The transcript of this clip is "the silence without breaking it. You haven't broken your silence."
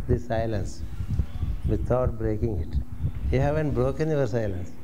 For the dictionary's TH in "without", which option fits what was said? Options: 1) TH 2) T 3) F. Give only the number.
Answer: 2